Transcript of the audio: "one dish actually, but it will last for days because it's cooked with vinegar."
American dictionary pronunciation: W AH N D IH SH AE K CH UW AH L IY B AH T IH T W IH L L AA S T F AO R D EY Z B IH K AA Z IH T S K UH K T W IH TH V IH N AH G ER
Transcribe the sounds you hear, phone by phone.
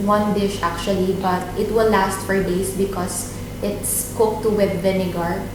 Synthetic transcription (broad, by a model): W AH N D IH SH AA K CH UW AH L IY B AH T IH T W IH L L AA S T F AO R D EY S B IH K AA S IH T S K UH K T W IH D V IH N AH G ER